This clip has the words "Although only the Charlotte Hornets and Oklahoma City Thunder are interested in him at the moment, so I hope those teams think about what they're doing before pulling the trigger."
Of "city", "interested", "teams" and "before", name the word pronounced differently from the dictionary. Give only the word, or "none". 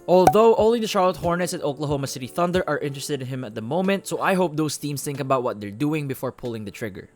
teams